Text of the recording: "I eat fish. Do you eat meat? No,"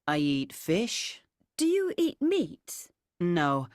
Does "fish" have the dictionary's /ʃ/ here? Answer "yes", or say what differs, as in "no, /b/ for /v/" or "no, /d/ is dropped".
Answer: yes